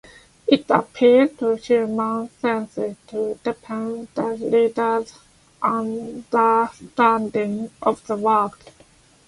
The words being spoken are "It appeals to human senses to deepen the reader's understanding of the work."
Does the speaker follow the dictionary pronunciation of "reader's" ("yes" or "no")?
no